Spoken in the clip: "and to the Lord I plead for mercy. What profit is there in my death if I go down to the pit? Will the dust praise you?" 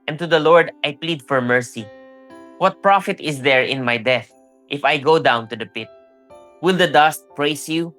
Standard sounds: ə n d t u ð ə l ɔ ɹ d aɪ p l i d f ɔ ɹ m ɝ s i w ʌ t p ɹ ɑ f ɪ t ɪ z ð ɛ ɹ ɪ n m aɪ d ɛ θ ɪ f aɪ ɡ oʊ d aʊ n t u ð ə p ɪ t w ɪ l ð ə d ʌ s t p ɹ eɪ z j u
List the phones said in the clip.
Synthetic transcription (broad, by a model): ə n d t u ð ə l ɔ ɹ d aɪ p l i d f ɔ ɹ m ɝ s i w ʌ t p ɹ ɑ f ɪ t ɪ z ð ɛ ɹ ɪ n m aɪ d ɛ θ ɪ f aɪ ɡ oʊ d aʊ n t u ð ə p ɪ t w ɪ l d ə d ʌ s t p ɹ eɪ s j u